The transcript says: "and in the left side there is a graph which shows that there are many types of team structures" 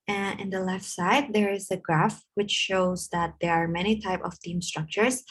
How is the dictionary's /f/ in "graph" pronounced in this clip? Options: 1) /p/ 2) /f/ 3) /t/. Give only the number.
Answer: 2